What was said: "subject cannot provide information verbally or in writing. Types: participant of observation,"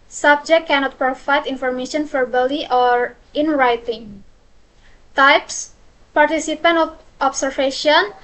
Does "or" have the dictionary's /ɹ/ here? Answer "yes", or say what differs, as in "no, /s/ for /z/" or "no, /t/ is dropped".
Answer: yes